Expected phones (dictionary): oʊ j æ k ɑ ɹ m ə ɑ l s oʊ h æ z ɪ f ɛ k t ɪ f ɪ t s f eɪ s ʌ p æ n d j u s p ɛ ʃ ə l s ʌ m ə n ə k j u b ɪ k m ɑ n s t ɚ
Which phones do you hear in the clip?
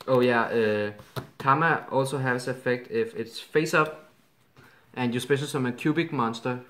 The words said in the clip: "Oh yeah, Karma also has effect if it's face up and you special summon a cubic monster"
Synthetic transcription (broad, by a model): oʊ j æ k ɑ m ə ɑ l s oʊ h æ s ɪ f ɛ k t ɪ f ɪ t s f eɪ s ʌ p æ n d j u s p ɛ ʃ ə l s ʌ m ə ə k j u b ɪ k m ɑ n s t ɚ